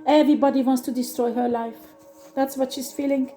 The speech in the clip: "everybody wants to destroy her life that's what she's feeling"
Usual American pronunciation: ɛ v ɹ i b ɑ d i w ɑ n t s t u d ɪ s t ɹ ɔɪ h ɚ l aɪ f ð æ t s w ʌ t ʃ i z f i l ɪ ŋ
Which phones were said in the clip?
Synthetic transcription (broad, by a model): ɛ v ɹ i b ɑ d i w ɑ n t s t u d ɪ s t ɹ ɔɪ h ɚ l aɪ f ð æ t s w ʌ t ʃ i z f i l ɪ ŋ